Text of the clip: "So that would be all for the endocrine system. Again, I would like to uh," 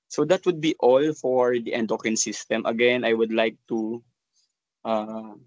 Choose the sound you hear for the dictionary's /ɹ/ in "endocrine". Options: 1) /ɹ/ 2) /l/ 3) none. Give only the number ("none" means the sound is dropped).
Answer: 3